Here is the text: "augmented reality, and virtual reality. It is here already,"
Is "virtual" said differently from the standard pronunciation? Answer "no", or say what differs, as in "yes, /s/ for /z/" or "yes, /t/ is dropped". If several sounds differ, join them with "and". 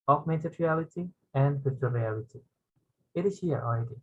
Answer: yes, /s/ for /tʃ/